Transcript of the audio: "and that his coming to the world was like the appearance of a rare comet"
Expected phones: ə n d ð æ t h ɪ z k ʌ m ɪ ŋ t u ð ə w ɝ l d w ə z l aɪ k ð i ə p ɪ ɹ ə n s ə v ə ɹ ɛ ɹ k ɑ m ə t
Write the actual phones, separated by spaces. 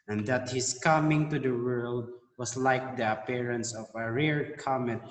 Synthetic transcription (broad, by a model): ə n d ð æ t h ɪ s k ʌ m ɪ ŋ t u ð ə w ɝ l d w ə s l aɪ k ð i ə p ɪ ɹ ə n s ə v ə ɹ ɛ ɹ k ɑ m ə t